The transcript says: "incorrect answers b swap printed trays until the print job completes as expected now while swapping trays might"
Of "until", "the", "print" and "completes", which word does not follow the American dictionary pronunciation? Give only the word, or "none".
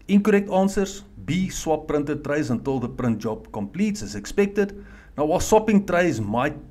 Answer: none